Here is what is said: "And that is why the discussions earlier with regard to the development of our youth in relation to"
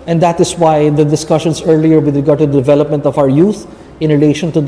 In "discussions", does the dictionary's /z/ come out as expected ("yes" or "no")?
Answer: no